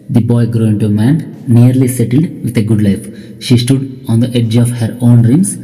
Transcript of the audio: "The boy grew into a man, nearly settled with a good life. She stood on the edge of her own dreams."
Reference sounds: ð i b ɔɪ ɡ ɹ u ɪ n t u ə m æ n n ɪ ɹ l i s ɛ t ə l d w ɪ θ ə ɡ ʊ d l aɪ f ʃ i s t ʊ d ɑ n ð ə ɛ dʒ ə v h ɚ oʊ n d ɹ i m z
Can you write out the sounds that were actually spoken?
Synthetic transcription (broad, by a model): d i b ɔɪ ɡ ɹ u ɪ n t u ə m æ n n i ɹ l i s ɛ t ə l d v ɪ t ə ɡ ʊ d l aɪ f ʃ i s t ʊ d ɑ n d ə ɛ dʒ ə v h ɚ oʊ n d ɹ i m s